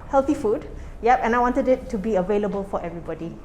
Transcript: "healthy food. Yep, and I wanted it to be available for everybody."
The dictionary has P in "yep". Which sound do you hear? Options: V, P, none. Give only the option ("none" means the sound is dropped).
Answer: P